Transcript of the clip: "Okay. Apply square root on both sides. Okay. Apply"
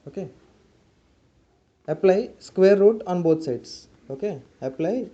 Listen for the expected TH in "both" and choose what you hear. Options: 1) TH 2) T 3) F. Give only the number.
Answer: 2